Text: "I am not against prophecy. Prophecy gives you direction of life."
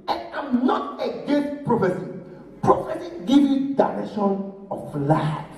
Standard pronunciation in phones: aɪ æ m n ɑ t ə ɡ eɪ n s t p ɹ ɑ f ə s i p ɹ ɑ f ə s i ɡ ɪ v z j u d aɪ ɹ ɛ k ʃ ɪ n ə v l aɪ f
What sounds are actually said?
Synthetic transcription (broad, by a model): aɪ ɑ m n ɑ t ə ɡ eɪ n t p ɹ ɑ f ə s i p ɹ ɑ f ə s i ɡ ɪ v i d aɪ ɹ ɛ ʃ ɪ n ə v l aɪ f